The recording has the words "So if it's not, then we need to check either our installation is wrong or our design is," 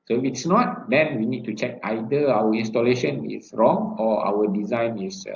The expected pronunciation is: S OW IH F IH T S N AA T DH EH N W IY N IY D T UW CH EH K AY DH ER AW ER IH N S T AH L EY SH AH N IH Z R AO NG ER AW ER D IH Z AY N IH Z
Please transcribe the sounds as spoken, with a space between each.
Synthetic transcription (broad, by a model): S OW IH F IH T S N AA T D EH N W IY N IY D T UW CH EH K AY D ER AW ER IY N S T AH L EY SH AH N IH S R AO NG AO AW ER D IH Z AY N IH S